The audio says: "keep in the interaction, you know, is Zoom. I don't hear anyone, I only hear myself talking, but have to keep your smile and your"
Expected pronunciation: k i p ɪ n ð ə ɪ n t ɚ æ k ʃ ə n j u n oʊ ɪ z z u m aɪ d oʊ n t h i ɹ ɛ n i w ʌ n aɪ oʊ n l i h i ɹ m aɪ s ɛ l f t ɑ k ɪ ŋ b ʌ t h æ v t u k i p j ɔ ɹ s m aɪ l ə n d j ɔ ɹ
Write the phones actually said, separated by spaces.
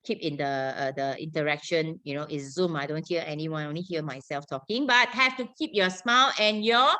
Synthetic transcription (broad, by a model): k i p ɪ n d ə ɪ n t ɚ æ k ʃ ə n j u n oʊ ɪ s z u m aɪ d oʊ n t h i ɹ ɛ n i w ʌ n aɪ oʊ n l i h i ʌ m aɪ s ɛ l f t ɑ k ɪ ŋ b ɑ t h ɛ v t u k i p j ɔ s m aɪ l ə n j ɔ